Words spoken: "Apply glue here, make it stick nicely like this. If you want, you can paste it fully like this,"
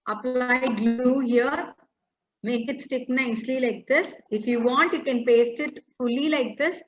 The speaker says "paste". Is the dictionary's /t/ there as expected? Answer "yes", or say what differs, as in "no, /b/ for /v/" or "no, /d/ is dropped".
yes